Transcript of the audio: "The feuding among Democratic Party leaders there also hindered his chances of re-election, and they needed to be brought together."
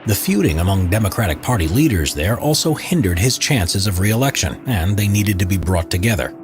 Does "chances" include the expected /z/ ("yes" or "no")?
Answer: yes